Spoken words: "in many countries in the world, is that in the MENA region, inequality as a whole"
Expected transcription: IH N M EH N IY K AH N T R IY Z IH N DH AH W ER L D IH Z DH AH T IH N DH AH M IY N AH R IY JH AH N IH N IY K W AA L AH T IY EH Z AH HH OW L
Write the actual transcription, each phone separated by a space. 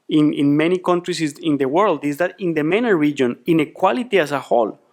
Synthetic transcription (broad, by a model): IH N M EH N IY K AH N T R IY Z IH N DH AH W ER L D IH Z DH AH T IH N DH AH M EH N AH R IY JH AH N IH N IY K W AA L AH T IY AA S AH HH OW L